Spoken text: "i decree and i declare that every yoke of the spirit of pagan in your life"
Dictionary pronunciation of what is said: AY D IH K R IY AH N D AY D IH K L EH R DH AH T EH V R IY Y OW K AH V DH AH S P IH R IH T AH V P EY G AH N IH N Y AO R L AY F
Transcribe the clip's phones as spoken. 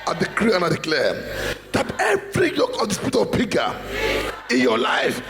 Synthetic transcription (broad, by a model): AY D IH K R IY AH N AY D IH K L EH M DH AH T EH V R IY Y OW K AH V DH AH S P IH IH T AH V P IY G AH IH N Y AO L AY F